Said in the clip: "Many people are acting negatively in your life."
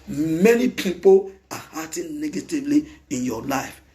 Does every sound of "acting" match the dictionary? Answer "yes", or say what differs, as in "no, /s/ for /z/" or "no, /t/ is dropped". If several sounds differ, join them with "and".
no, /k/ is dropped